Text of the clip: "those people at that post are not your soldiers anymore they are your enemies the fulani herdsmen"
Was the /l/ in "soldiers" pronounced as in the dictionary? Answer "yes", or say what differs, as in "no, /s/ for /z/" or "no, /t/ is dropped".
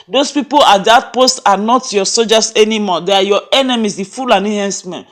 no, /l/ is dropped